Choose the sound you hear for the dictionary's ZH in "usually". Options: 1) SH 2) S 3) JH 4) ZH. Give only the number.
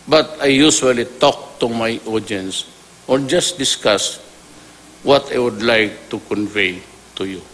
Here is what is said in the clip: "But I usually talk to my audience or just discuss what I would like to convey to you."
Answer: 2